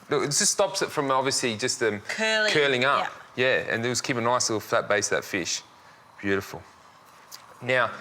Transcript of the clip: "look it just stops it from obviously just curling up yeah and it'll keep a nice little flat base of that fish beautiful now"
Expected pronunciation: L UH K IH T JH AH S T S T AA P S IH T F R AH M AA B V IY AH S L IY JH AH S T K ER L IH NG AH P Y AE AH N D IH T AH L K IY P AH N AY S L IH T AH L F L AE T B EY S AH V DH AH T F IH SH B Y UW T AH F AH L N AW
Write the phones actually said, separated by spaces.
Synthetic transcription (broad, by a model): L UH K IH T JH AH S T S T AA P S IH T F R AH M AA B V IY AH S L IY JH AH S T K ER L IH NG AH P Y AE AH N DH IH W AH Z K IY P AH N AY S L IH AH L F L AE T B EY AH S DH AH T F IH SH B Y UW T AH F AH L N AW